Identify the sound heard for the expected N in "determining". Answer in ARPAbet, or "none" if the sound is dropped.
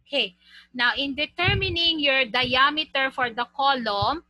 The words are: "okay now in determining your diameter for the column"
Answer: N